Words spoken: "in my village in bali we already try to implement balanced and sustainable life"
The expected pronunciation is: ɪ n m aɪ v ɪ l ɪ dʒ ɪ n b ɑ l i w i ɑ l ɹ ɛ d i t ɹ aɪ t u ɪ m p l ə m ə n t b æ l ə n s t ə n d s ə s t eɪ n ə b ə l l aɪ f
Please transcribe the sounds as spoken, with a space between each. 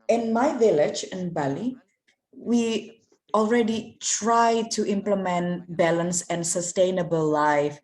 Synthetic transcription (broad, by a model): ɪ n m aɪ v ɪ l ɪ dʒ ɪ n b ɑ l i w i ɑ l ɹ ɛ d i t ɹ aɪ t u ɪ m p l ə m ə n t b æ l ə n s ə n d s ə s t eɪ n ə b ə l l aɪ f